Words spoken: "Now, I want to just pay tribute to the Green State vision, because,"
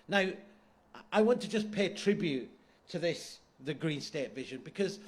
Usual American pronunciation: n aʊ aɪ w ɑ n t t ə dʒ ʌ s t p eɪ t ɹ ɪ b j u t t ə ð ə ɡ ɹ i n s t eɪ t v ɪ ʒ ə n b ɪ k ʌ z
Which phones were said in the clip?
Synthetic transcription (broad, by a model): n aʊ aɪ w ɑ n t t ə dʒ ʌ s p eɪ t ɹ ɪ b j u t t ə ð ə ɡ ɹ i n s t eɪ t v ɪ ʒ ə n b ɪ k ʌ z